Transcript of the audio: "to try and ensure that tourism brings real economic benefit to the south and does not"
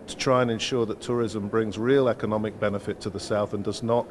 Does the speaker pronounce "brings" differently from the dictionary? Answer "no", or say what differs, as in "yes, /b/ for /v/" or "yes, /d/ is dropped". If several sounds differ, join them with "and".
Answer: no